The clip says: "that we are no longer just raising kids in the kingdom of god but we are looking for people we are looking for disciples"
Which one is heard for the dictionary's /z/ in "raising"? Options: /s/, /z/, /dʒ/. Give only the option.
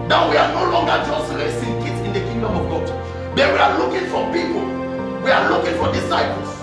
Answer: /s/